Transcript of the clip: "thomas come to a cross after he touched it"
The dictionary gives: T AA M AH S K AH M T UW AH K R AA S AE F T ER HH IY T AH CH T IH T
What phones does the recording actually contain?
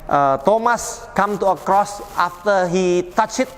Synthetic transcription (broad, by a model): T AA M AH S K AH M T UW AH K R AA S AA F T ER HH IY T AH CH IH T